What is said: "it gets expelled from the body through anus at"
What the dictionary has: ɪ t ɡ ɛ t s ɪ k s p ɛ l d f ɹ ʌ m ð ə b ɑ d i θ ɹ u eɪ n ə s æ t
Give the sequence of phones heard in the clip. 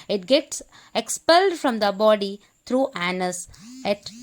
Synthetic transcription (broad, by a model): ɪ t ɡ ɛ t s ɪ k s p ɛ l d f ɹ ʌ m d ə b ɑ d i t ɹ u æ n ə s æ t